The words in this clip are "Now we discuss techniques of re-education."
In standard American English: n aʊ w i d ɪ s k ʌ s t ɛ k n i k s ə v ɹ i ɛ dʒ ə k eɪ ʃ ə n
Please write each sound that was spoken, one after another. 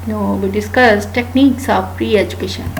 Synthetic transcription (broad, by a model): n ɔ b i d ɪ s k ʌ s t ɛ k n i k s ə p ɹ i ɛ dʒ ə k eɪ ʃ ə n